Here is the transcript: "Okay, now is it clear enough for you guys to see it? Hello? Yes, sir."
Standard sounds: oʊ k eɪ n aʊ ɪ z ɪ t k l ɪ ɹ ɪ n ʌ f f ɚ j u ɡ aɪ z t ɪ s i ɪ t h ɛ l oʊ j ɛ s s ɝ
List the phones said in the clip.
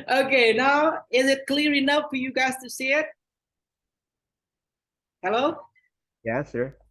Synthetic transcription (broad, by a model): oʊ k eɪ n aʊ ɪ z ɪ t k l ɪ ɹ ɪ n ʌ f f ɚ j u ɡ aɪ z t ɪ s i ɪ t h ɛ l oʊ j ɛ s s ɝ